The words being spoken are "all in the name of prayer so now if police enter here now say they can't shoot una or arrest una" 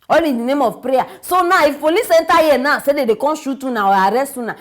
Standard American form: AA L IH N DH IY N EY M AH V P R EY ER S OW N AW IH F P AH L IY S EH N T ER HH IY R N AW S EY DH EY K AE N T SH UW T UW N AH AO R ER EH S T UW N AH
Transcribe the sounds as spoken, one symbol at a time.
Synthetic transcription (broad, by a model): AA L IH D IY N EY M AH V P R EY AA S OW N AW IH F F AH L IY S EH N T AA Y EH N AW S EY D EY K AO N SH UW T UW N AH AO R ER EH S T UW N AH